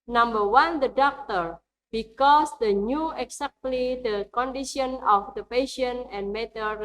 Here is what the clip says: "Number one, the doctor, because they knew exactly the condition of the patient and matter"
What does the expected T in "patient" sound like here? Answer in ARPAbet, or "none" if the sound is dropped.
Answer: none